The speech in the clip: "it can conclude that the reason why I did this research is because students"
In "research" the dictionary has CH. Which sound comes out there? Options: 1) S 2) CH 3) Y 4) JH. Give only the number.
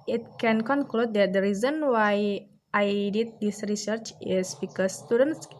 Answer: 2